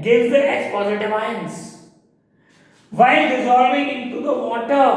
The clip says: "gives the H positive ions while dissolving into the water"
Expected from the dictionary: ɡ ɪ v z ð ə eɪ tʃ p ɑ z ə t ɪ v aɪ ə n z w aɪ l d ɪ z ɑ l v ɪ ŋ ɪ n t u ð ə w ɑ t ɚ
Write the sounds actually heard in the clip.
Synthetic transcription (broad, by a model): ɡ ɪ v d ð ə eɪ s p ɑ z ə t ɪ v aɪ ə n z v aɪ l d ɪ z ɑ l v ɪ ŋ ɪ n t u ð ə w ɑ t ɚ